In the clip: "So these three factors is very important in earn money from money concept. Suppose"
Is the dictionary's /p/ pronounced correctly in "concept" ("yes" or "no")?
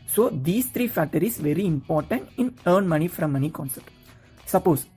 no